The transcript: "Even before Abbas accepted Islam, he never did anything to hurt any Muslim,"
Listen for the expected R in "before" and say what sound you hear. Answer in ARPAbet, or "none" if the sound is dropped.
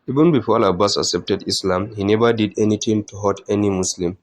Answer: L